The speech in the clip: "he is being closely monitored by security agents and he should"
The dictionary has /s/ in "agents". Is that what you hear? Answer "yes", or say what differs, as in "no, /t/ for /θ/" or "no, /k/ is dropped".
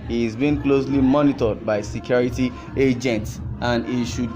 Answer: yes